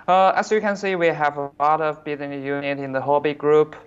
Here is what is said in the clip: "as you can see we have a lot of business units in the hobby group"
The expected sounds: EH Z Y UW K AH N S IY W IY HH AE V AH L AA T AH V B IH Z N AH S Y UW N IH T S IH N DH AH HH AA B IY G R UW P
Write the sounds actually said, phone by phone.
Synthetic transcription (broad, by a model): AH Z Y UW K AH N S IY W IY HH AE V AH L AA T AH V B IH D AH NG Y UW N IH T IH N DH AH HH AA B IY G R UW P